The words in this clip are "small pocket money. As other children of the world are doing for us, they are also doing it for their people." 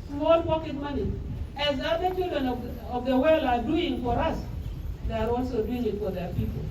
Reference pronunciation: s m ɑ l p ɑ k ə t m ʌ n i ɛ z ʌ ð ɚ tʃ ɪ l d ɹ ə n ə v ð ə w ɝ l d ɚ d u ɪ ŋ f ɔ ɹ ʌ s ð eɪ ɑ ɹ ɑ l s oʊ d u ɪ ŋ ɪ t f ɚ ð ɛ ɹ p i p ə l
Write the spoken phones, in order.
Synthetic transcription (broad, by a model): s m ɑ l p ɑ k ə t m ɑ n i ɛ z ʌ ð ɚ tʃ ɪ l d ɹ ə n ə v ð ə w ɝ l ɑ d u ɪ ŋ f ɔ ɹ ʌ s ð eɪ ɑ ɹ ɑ l s oʊ d u ɪ ŋ ɪ t f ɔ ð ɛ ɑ p i p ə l